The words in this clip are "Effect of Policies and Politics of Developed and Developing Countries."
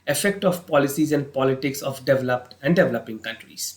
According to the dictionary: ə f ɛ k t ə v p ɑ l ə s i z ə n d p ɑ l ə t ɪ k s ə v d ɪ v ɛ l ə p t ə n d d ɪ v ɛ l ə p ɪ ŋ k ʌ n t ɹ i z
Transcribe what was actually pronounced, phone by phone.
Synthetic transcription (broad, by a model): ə f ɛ k t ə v p ɑ l ə s i z ə n d p ɑ l ə t ɪ k s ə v d ɪ v ɛ l ə p t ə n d d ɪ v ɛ l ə p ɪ ŋ k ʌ n t ɹ i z